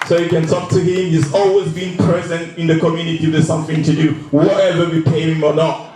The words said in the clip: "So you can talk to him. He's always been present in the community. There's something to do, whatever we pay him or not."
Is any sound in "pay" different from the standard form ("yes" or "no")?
no